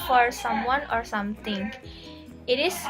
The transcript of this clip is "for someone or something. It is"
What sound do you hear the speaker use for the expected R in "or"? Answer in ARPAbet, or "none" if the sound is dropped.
R